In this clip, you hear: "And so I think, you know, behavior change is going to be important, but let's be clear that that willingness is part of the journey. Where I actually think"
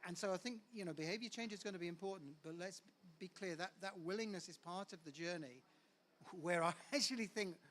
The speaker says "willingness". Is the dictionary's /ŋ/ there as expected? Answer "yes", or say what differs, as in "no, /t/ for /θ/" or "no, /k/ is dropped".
yes